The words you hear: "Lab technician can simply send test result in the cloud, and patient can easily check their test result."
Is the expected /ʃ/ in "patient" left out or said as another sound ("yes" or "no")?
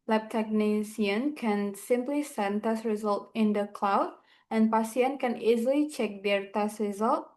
yes